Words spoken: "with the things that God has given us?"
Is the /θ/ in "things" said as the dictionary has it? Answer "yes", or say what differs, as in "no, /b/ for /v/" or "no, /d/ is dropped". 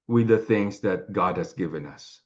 yes